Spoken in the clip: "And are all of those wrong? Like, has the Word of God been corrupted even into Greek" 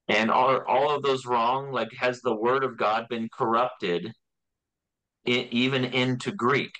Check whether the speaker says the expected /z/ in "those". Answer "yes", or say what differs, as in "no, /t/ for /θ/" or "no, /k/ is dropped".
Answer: yes